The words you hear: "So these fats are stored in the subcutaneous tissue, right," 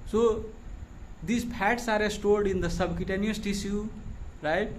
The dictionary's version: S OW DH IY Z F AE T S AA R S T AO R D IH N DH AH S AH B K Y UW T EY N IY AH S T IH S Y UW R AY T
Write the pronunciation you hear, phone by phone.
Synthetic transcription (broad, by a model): S OW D IY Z P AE T S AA R S T AO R D IH N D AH S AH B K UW T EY N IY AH S T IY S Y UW R AY T